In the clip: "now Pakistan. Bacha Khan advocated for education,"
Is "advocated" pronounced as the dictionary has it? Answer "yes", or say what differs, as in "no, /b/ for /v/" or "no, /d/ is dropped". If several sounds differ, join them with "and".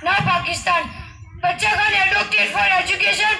no, /v/ is dropped